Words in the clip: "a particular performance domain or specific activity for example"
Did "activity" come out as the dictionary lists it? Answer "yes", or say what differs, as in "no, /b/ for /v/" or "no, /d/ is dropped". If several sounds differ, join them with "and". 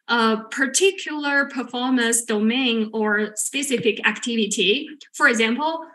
yes